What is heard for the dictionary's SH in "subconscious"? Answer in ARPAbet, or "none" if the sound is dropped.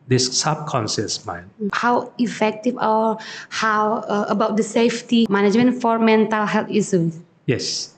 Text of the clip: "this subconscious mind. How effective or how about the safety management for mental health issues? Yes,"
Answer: S